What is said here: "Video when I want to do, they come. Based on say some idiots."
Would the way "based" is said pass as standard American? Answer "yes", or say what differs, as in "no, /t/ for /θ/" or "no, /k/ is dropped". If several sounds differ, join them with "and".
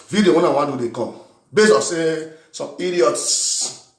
no, /t/ is dropped